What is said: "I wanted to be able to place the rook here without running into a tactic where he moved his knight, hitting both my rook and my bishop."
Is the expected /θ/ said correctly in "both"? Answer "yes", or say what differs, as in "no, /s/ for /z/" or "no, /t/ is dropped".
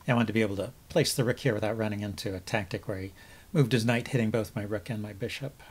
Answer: yes